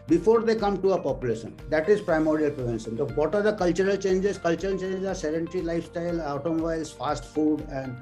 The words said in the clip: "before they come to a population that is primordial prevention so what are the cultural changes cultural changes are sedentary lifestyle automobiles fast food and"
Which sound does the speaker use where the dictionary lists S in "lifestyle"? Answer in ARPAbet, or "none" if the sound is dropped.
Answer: S